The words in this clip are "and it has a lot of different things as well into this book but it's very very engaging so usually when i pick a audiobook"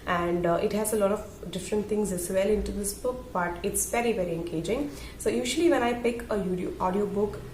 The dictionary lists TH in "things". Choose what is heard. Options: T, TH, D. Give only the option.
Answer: T